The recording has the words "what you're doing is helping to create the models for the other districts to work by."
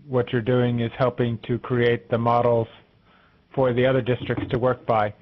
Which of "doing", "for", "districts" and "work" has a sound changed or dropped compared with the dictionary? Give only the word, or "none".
none